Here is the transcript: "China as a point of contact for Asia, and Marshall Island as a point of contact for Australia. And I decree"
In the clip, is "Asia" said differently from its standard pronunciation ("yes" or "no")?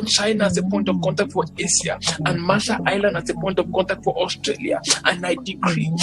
yes